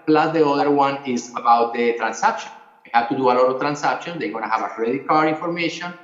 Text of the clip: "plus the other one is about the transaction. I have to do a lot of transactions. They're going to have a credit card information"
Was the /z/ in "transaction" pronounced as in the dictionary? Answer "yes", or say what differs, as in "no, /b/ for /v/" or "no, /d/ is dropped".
no, /s/ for /z/